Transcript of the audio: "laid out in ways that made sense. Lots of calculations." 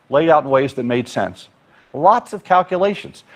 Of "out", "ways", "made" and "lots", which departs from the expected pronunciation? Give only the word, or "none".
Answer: none